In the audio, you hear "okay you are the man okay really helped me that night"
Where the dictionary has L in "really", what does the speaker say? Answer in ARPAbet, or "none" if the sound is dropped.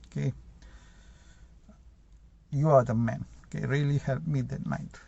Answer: L